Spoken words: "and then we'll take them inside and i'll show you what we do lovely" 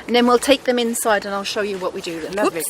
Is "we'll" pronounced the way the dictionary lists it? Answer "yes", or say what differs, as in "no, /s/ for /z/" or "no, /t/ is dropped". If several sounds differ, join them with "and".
yes